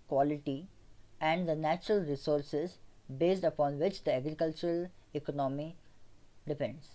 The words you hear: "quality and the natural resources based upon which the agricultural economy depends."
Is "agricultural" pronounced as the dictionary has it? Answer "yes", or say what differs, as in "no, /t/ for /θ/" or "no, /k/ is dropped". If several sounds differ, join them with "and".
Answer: yes